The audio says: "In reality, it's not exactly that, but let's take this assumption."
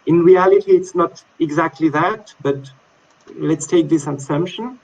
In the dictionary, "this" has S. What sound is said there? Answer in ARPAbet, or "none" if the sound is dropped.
S